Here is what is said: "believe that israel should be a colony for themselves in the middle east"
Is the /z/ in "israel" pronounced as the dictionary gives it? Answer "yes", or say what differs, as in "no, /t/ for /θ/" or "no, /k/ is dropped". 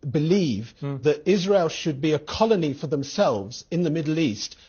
yes